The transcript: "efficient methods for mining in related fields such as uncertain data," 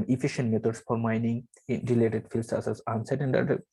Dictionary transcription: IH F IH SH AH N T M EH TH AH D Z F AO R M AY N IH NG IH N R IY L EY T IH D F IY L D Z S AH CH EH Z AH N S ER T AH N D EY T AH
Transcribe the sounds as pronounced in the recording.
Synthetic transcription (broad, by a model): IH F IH SH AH N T M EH T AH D S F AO R M AY N IH NG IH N R IY L EY T IH D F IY L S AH S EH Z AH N S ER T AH N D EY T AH